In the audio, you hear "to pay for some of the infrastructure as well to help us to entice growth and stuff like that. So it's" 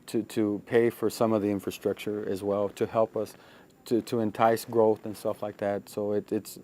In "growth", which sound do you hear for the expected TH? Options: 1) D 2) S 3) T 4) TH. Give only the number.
4